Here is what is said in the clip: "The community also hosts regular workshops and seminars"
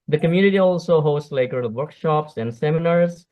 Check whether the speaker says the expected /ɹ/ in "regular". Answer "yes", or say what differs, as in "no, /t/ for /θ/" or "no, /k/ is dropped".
no, /l/ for /ɹ/